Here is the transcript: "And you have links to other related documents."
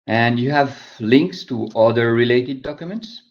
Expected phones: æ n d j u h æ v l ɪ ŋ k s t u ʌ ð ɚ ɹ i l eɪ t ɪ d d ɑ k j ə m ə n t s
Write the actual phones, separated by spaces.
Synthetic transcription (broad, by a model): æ n d j u h æ v l ɪ ŋ k s t u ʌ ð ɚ ɹ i l eɪ t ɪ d d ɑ k j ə m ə n t s